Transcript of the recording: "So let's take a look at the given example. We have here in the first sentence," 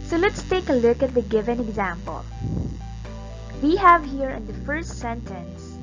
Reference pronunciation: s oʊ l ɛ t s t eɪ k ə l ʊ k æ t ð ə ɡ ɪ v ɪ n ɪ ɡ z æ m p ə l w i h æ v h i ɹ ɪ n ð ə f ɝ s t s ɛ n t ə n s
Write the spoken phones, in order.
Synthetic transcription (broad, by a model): s oʊ l ɛ t s t eɪ k ə l ʊ k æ t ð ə ɡ ɪ v ɪ n ɪ ɡ z æ m p ə l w i h æ v h i ɹ ɪ n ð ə f ɝ s t s ɛ n t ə n s